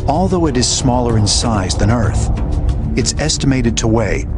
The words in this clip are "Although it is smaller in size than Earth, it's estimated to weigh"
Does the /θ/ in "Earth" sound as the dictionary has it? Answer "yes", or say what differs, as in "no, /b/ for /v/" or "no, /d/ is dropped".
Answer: yes